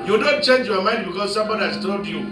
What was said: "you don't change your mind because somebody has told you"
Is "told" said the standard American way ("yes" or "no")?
no